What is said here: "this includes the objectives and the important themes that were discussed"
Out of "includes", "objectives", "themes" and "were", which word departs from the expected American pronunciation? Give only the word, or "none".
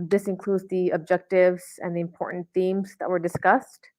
none